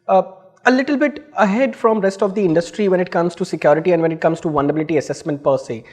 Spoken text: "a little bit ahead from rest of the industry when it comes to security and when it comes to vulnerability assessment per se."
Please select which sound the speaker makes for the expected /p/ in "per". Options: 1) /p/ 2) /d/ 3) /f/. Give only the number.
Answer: 1